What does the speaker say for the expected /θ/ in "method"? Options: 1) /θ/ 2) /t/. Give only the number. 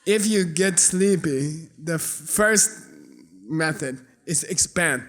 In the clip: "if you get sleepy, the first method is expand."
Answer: 1